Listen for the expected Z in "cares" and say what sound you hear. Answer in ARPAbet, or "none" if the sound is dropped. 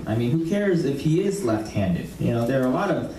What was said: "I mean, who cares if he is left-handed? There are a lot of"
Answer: Z